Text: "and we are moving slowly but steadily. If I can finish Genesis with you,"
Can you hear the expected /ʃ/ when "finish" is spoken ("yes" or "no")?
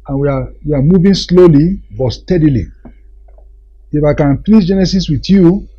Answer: no